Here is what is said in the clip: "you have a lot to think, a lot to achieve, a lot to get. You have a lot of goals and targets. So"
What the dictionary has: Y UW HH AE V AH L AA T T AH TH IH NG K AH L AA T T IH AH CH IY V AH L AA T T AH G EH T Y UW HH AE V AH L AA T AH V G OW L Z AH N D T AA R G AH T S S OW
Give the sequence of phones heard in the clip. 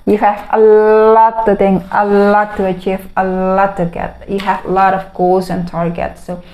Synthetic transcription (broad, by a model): Y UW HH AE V AH L AA T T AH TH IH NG AH L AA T T IH AH CH IY V AH L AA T T AH G EH T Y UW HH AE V AH L AA T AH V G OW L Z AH N T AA R G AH T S S OW